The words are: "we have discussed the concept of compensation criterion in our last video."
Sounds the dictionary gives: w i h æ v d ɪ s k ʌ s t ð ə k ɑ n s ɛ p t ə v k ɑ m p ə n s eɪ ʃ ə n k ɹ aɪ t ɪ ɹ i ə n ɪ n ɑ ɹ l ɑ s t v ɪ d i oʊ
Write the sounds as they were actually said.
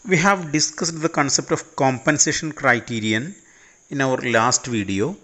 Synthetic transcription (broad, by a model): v i h æ v d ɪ s k ʌ s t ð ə k ɑ n s ɛ p t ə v k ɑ m p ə n s eɪ ʃ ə n k ɹ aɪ t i ɹ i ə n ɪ n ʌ ɹ l ɑ s t v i d i oʊ